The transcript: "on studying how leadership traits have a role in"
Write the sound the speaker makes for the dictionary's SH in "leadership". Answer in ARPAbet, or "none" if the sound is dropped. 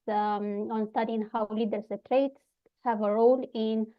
S